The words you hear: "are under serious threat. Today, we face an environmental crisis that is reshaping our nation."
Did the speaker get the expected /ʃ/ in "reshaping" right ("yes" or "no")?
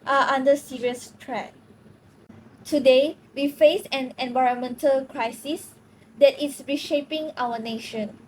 yes